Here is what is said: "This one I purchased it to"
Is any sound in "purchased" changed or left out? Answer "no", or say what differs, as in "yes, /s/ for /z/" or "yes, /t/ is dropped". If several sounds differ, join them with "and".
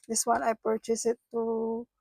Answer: yes, /t/ is dropped